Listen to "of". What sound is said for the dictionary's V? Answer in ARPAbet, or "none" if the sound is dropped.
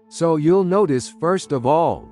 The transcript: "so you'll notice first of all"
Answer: V